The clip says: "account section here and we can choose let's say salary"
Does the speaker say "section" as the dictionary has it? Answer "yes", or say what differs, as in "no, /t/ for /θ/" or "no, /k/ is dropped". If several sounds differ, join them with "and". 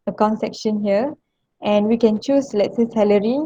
yes